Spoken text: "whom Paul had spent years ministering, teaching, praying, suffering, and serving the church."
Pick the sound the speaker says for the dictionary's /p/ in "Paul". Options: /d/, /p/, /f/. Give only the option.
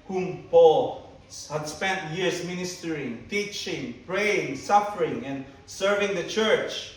/p/